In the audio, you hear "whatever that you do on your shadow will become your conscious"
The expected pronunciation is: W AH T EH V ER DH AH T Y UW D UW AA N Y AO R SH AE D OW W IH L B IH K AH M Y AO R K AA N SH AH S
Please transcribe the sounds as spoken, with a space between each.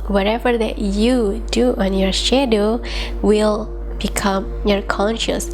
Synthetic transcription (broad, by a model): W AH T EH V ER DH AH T Y UW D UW AA N Y AO R SH AE D OW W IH L B IH K AH M Y AO R K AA N SH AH S